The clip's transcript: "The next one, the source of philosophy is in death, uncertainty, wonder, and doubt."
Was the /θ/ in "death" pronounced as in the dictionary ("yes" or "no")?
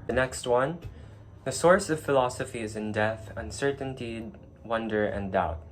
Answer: yes